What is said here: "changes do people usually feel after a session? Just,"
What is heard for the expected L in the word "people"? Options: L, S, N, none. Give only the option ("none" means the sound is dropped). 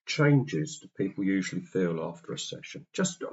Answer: L